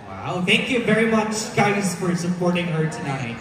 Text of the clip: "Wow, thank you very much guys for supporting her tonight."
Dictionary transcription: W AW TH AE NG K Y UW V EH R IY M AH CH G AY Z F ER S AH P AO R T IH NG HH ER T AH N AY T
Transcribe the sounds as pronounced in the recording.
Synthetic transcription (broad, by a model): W AW TH AE NG K Y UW V EH R IY M AH CH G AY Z F ER S AH P AO R T IH NG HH ER T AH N AY T